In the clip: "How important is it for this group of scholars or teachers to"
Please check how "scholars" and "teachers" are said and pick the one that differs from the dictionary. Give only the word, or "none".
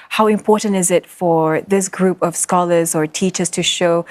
none